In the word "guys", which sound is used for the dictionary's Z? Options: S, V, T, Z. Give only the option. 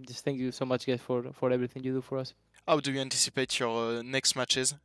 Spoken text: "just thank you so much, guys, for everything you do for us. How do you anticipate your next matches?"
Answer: S